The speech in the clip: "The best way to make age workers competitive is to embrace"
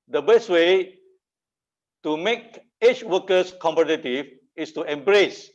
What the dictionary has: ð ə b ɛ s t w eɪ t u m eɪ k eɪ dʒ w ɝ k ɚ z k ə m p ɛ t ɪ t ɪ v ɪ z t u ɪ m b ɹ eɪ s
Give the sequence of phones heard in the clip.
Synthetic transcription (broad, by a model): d ə b ɛ s t w eɪ t u m eɪ k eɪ tʃ w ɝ k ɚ s k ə m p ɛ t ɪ t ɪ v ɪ s t u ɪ m b ɹ eɪ s